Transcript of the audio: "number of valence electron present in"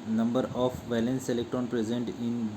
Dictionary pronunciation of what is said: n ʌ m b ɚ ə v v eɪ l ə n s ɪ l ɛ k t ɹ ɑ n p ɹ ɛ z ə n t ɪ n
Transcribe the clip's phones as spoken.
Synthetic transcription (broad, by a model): n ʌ m b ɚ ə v v eɪ l ə n s ɪ l ɛ k t ɹ ɑ n p ɹ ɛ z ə n t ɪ n